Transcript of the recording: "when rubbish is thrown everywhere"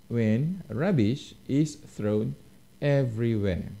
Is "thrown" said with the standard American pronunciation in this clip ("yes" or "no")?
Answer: yes